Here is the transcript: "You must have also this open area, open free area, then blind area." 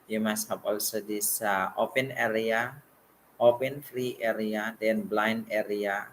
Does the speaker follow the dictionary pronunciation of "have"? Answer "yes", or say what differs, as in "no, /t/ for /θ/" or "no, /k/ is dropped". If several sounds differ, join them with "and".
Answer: no, /p/ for /v/